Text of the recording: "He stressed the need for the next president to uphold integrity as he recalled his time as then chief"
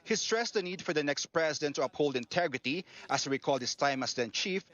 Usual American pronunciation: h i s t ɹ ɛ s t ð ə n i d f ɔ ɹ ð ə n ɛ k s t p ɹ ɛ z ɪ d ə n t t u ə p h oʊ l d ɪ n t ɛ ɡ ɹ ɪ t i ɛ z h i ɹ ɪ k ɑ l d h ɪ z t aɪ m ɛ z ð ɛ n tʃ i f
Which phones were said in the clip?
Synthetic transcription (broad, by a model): h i s t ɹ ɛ s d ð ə n i d f ɔ ɹ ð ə n ɛ k s t p ɹ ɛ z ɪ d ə n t t u ə p h oʊ l d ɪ n t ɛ ɡ ɹ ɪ t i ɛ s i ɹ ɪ k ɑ l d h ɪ s t aɪ m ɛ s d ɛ n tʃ i f